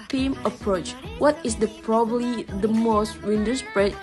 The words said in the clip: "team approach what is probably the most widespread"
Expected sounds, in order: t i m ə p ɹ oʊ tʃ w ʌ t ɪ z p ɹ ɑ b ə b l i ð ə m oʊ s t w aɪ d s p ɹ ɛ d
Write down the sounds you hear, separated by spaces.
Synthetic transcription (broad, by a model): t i m ə p ɹ oʊ tʃ w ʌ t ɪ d p ɹ ɑ b ə b l i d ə m oʊ s t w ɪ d s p ɹ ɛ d